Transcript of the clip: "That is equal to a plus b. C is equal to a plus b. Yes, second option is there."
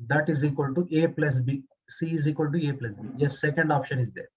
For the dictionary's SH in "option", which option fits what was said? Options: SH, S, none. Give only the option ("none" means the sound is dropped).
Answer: SH